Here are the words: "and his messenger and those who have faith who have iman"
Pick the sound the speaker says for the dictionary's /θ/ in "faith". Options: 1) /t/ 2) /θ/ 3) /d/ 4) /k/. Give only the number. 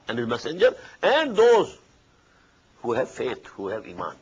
1